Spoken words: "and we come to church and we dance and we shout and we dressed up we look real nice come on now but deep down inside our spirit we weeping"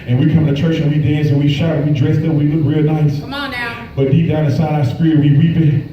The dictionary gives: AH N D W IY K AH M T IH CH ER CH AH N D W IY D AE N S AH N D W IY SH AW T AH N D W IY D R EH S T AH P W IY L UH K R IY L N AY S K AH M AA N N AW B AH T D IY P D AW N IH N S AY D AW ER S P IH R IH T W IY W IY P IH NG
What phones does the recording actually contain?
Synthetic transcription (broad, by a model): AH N W IY K AH M T IH CH ER CH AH N W IY D AE N S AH N W IY SH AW AH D W IY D R EH S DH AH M W IY L UH K R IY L N AY S B AH T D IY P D AW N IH S AY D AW S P R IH W IY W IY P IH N